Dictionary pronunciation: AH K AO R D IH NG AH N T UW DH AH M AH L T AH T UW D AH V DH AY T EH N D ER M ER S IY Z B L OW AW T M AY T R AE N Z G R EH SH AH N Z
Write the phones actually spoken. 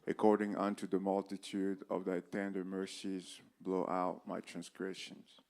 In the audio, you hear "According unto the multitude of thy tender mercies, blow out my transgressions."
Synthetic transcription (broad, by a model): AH K AO R D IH NG AH N T UW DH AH M AH L T AH T UW D AH V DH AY T EH N D ER M ER S IY Z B L OW AW T M AY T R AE N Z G R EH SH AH N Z